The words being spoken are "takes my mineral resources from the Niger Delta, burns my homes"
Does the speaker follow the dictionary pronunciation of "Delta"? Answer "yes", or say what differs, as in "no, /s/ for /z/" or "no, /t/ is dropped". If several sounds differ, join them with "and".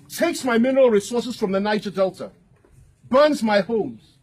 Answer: yes